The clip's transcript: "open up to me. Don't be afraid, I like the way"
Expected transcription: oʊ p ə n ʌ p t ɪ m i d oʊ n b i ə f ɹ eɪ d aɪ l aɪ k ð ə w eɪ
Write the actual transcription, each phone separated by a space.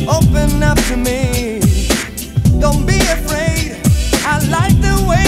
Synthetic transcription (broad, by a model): oʊ p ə n ʌ p t ɪ m i d oʊ n b i ə f ɹ eɪ d aɪ l aɪ k ð ə w eɪ